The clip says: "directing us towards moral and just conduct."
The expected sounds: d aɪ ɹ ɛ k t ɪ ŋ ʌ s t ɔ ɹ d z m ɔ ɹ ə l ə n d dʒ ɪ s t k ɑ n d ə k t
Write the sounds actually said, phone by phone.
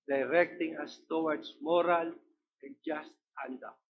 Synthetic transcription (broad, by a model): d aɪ ɹ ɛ k t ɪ ŋ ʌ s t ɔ w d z m ɔ ɹ ə l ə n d dʒ ɪ s t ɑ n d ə